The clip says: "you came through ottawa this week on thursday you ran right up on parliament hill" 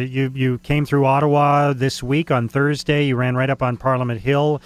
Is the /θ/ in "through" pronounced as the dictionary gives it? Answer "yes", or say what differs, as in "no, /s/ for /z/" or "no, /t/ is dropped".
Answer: yes